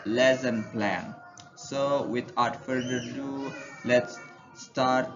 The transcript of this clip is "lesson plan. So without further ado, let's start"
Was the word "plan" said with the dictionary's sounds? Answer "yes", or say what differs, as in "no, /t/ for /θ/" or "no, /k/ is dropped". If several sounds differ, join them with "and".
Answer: yes